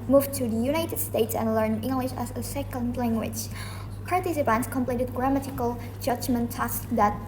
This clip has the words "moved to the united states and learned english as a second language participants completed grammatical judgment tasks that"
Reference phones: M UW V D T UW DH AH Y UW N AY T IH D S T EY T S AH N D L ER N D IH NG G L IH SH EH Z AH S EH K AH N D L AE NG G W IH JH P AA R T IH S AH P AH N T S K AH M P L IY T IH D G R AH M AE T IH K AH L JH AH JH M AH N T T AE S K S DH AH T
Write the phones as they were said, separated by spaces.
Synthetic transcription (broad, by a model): M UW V T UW DH AH Y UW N AY T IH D S T EY T S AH N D L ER N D IH NG G L IH SH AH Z AH S EH K AH N D L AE NG G W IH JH P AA R T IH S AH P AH N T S K AH M P L IY T IH D G R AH M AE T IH K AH L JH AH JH M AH N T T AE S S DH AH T